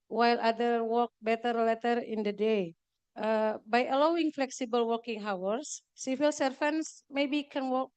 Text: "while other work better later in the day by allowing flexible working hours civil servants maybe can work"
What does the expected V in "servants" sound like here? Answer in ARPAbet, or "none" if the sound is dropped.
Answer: F